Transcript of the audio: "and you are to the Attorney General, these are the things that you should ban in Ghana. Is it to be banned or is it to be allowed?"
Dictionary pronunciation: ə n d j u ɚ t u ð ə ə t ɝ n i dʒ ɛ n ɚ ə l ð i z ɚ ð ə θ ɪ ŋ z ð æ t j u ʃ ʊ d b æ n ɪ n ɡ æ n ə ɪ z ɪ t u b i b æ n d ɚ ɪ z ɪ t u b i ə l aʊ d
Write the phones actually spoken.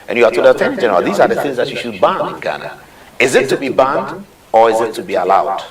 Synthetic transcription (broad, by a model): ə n j u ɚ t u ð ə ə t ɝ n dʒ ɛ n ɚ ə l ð i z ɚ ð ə θ ɪ ŋ z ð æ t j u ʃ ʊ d b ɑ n ɪ n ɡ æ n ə ɪ z ɪ t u b i b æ n d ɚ ɪ z ɪ t u b i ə l aʊ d